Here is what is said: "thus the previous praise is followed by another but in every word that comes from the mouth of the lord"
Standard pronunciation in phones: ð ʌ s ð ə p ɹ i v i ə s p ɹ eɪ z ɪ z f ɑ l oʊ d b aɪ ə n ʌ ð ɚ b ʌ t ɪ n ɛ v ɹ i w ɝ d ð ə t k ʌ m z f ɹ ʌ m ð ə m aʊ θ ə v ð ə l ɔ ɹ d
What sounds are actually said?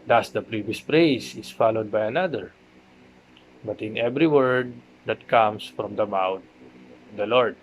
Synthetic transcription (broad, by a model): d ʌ s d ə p ɹ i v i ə s p ɹ eɪ s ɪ s f ɑ l oʊ d b aɪ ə n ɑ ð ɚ b ʌ t ɪ n ɛ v ɹ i w ɝ d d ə t k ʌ m s f ɹ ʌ m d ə m aʊ t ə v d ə l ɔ ɹ d